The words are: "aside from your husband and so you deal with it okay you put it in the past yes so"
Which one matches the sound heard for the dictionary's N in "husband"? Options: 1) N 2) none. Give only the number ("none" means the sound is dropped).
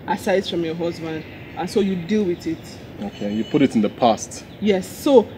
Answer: 1